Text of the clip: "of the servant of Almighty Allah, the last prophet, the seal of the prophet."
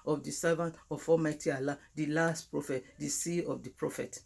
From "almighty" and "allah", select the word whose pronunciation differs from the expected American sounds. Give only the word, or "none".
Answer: almighty